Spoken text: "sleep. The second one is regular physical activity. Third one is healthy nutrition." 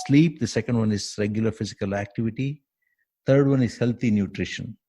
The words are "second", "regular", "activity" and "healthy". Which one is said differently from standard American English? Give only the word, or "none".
healthy